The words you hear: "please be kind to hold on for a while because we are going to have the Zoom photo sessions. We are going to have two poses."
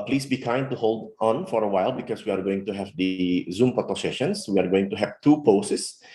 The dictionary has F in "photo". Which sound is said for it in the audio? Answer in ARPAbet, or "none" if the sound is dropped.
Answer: P